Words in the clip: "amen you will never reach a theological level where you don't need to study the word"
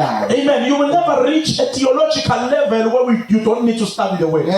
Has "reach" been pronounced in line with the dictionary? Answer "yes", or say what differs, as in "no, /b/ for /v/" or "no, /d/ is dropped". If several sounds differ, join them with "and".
no, /l/ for /ɹ/